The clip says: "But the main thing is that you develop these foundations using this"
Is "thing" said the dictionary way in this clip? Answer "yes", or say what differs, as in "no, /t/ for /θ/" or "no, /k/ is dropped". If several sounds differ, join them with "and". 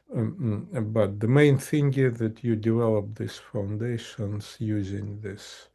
yes